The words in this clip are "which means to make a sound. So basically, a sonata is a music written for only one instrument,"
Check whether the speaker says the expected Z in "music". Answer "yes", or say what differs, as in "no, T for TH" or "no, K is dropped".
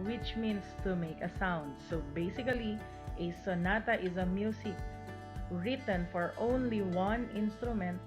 no, S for Z